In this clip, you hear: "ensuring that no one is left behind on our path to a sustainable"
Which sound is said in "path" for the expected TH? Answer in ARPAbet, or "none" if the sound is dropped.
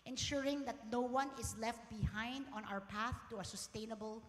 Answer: TH